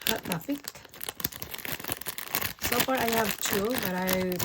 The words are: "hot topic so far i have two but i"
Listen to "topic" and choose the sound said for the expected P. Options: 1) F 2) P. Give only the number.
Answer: 1